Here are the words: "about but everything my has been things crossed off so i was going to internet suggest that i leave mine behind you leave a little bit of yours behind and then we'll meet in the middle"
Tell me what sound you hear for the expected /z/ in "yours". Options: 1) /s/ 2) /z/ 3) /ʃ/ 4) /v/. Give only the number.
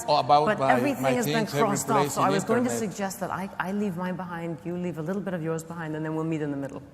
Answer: 2